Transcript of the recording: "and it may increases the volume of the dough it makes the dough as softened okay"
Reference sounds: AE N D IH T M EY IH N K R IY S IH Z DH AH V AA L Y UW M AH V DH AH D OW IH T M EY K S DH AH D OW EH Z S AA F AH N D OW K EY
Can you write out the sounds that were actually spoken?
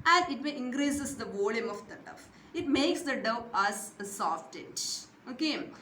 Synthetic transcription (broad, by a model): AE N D IH T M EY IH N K R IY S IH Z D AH V AA L Y UW M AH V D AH D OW IH T M EY K S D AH D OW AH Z S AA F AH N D OW K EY